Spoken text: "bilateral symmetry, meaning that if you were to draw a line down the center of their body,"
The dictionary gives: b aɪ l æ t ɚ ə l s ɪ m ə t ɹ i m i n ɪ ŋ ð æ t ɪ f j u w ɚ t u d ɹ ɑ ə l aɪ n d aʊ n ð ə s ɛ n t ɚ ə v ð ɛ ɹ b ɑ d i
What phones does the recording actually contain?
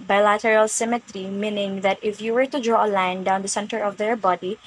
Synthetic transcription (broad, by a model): b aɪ l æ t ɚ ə l s ɪ m ə t ɹ i m i n ɪ ŋ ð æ t ɪ f j u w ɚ t u d ɹ ɑ ə l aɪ n d aʊ n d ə s ɛ n t ɚ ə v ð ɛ ɹ b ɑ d i